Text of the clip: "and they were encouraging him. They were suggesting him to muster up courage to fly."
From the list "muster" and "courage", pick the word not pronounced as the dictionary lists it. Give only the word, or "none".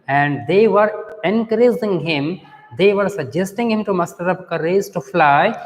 courage